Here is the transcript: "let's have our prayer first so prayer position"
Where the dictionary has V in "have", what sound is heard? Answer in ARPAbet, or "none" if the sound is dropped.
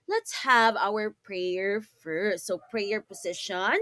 V